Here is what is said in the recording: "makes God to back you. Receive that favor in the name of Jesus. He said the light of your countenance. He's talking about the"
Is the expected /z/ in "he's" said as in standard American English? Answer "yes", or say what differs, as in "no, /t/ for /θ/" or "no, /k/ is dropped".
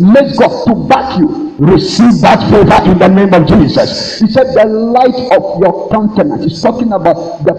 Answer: no, /s/ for /z/